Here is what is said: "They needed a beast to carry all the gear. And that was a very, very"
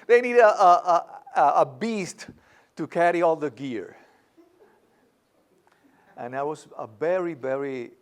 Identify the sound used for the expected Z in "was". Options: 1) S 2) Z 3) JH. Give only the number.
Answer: 1